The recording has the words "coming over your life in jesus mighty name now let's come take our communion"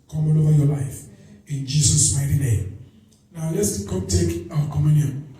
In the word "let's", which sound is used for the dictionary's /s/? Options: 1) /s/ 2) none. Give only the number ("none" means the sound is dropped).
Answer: 1